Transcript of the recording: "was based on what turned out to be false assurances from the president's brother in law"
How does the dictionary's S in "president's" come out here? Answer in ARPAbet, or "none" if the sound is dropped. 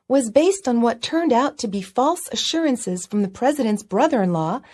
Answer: S